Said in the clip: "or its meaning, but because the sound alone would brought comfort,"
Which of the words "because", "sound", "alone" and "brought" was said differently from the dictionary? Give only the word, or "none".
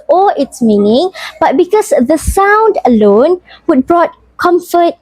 because